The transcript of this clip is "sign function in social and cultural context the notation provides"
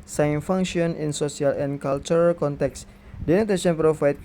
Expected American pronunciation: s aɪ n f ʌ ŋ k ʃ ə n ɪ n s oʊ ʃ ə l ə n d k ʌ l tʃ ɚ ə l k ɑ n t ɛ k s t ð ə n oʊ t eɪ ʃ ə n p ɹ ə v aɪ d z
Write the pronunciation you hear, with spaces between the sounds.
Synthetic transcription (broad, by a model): s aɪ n f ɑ ŋ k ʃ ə n ɪ n s oʊ s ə l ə n k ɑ l tʃ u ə l k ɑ n t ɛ k s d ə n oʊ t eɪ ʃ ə n p ɹ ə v aɪ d